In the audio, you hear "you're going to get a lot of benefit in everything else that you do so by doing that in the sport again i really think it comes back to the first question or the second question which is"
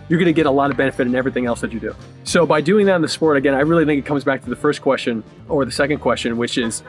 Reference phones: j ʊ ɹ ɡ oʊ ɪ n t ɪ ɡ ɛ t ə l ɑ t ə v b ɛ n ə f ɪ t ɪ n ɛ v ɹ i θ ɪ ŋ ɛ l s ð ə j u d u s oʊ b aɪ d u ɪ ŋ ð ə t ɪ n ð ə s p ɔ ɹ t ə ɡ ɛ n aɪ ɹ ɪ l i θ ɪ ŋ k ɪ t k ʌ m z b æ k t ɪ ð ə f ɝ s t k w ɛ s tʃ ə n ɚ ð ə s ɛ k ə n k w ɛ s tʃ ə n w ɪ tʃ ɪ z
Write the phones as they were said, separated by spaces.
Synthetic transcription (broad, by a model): j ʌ ɹ ɡ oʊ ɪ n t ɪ ɡ ɛ t ə l ɑ t ə v b ɛ n ə f ɪ t ɪ n ɛ v ɹ i θ ɪ ŋ ɛ l s ð ə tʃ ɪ d u s oʊ b aɪ d u ɪ ŋ ð ə t n ð ə s p ɔ ɹ t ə ɡ ɛ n aɪ ɹ ɪ l i θ ɪ ŋ k ɪ t k ʌ m z b æ k t ɪ ð ə f ɝ s k w ɛ s tʃ ə n ɚ ð ə s ɛ k ə n k w ɛ s tʃ ə n w ɪ tʃ ɪ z